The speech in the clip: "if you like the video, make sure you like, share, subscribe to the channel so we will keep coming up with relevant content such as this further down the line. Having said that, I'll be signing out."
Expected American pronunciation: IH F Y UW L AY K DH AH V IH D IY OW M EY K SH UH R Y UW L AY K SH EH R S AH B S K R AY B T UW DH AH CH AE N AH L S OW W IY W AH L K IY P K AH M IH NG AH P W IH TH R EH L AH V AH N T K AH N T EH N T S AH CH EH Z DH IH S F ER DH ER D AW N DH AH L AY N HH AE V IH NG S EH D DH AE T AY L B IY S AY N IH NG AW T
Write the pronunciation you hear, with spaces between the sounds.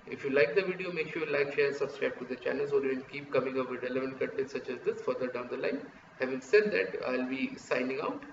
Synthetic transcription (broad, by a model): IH F Y UW L AY K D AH V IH D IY OW M EY K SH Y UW L AY K SH EH R S AH B S K R AY B T UW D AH CH AE N AH L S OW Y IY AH N K IY P K AH M IH NG AH P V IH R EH L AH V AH N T K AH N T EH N S AH CH EH Z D IH S F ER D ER D AW N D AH L AY N HH AE V IH NG S EH D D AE T AY L B IY S AY N IH NG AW T